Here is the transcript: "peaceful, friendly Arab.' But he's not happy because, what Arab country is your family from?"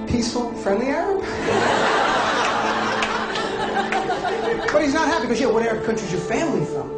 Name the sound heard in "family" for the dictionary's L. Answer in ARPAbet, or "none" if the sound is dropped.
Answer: L